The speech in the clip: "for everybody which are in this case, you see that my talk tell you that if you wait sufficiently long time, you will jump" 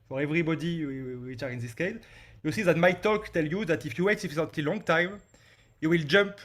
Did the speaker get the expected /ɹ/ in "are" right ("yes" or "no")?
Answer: yes